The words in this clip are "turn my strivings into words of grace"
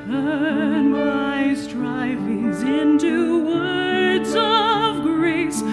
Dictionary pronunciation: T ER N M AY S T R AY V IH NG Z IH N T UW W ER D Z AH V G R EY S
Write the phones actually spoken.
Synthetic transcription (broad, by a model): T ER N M AY S T R AY V IH NG Z IH N T UW W ER D Z AH V G R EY S